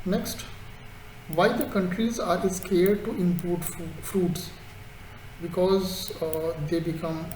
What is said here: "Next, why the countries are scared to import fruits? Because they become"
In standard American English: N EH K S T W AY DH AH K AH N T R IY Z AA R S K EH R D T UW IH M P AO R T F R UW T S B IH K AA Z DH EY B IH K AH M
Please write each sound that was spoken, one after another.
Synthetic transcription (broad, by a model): N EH K S T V AY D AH K AH N T R IY Z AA R S K EH R D T UW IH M P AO R T F R UW T S B IH K AA Z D EY B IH K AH M